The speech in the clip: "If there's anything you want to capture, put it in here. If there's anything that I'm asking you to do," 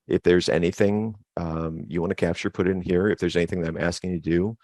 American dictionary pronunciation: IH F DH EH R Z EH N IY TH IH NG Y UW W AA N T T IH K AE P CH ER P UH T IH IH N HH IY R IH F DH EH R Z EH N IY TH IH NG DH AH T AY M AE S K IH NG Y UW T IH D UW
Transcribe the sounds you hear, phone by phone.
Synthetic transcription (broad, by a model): IH F DH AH R Z EH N IY TH IH NG Y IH W AA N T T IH K AE P CH ER P UH T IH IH N HH IY R IH F DH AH R Z EH N IY TH IH NG DH AH T AY M AE S K IH NG T IH D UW